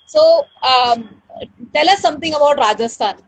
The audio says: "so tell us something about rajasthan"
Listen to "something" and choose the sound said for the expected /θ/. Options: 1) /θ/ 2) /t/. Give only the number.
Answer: 2